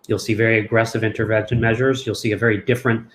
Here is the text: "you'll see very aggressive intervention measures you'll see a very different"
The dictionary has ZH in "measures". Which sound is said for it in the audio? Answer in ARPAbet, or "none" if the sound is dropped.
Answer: ZH